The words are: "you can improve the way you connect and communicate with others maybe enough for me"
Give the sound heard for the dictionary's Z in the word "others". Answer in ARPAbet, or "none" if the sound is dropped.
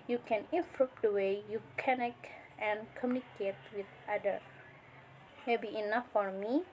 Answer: none